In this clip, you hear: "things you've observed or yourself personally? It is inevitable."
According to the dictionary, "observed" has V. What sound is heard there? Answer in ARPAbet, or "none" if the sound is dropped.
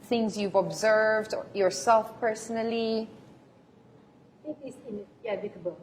V